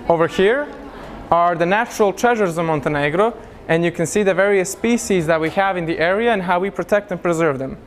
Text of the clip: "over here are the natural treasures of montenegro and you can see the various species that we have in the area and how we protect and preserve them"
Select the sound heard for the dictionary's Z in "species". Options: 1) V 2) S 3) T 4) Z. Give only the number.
4